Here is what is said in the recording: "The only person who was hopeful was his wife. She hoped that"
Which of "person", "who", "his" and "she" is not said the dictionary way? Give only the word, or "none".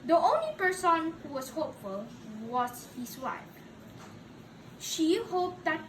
his